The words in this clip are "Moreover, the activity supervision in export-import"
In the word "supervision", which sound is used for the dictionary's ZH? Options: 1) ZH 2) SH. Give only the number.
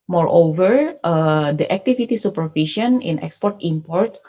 2